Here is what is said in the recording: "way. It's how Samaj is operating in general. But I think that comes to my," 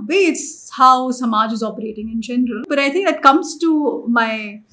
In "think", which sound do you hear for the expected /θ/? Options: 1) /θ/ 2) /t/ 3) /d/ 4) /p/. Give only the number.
2